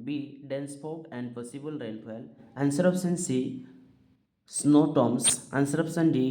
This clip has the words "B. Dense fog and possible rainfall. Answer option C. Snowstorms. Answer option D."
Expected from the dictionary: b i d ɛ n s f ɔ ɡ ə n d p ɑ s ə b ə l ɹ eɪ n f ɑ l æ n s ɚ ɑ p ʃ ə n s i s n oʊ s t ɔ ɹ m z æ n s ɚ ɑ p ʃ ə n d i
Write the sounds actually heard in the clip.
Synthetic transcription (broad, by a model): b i d ɛ n s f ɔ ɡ ə n d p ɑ s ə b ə l ɹ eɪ l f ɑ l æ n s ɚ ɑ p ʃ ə n s i s n oʊ t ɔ m s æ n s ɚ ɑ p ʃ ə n d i